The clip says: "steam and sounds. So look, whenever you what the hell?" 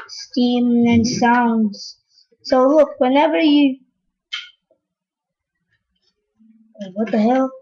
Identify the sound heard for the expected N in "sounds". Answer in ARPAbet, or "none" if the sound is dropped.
N